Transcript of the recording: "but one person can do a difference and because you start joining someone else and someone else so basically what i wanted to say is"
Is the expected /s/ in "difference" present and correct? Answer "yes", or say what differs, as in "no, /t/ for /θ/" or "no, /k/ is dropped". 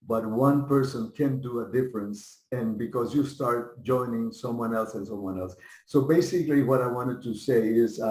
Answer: yes